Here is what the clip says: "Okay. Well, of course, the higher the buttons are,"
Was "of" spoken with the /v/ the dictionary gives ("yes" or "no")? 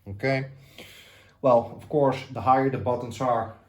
no